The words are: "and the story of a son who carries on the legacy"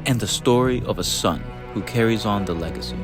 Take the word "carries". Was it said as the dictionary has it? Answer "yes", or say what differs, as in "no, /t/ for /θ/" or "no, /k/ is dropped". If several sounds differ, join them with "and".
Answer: yes